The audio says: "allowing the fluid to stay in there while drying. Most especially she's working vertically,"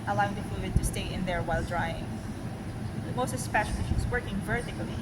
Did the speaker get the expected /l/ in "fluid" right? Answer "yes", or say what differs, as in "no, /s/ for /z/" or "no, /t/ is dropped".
no, /l/ is dropped